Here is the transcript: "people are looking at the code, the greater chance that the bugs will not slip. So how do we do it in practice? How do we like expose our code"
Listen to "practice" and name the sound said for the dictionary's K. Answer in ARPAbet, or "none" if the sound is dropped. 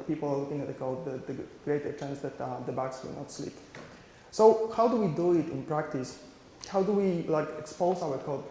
K